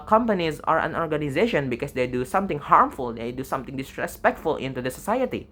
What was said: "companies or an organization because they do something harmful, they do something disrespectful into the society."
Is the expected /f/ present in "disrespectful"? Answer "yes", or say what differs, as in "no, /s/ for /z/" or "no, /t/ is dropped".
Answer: yes